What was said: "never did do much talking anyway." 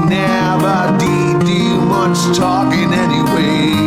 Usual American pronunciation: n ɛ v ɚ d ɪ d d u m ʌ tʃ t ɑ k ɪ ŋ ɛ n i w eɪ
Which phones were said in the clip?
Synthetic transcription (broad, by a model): n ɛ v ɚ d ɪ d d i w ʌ s t ɑ k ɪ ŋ ɛ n i w eɪ